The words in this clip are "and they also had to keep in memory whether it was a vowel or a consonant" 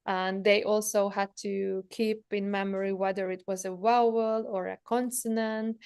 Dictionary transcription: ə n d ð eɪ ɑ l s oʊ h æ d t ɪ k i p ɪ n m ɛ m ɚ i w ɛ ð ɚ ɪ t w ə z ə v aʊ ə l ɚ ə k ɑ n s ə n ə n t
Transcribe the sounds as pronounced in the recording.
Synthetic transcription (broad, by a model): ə n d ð eɪ ɑ l s oʊ h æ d t ɪ k i p ɪ n m ɛ m ɚ i w ɛ ð ɚ ɪ t w ə z ə w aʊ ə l ɚ ə k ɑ n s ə n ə n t